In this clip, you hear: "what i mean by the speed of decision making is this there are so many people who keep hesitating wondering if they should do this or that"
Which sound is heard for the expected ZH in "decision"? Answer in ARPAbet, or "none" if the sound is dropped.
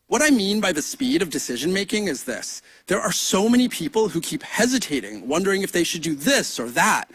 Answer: ZH